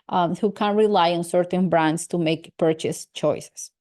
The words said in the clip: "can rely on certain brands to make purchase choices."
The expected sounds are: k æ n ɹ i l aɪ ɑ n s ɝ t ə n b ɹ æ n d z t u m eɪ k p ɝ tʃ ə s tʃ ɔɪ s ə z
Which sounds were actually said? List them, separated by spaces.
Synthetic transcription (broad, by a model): k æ n ɹ i l aɪ ɑ n s ɝ t ə n b ɹ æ n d s t u m eɪ k p ɝ tʃ ə s tʃ ɔɪ s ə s